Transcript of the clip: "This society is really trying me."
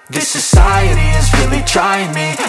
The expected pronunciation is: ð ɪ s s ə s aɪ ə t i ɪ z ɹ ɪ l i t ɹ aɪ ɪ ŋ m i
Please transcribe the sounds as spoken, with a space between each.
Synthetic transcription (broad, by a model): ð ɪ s s ə s aɪ ə t i ɪ z ɹ ɪ l i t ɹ aɪ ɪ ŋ m i